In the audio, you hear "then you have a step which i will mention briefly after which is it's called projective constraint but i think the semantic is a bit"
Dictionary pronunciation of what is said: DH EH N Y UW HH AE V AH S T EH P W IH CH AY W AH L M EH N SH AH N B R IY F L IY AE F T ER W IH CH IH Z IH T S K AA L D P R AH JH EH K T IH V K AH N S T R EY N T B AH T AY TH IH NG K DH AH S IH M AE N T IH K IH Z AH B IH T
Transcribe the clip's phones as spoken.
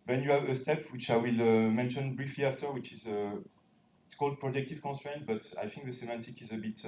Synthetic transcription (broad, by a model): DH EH N Y UW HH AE V AH S T EH P W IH CH AY W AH L M EH N SH AH N B R IY F L IY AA F T ER W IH CH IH Z IH T S K AA L D P R AH JH EH K T IH V K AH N S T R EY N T B AH T AY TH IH NG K DH AH S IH M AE N T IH K IH Z AH B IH T